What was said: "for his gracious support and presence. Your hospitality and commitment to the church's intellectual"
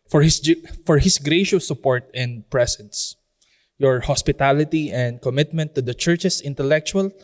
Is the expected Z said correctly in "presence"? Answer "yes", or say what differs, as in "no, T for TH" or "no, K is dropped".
no, S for Z